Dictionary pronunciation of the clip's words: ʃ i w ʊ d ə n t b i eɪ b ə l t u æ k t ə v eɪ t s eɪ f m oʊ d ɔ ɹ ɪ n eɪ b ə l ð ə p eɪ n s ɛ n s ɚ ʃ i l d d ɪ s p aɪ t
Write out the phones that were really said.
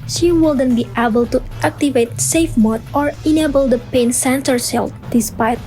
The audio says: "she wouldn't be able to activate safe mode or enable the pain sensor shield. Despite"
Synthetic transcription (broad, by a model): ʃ i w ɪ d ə n b i eɪ b ə l t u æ k t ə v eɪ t s eɪ f m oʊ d ɔ ɹ ɪ n eɪ b ə l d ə p eɪ n s ɛ n s ɚ s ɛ l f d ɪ s p aɪ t